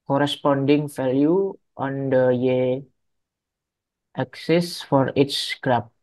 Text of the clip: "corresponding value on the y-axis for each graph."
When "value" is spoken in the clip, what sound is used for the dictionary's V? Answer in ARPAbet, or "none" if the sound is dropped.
F